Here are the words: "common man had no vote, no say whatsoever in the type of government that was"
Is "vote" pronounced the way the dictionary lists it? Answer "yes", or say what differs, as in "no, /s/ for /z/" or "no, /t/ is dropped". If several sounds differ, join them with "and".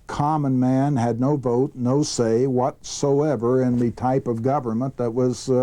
yes